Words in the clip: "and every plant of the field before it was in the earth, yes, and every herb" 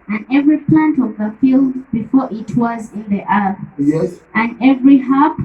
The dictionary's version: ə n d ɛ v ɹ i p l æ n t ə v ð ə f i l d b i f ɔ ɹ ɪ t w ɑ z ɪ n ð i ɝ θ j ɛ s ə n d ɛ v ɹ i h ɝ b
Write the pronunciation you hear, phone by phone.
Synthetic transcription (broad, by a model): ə n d ɛ v ɹ i p l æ n t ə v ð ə f i l d b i f ɔ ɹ ɪ t w ɑ z ɪ n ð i ɝ θ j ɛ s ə n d ɛ v ɹ i h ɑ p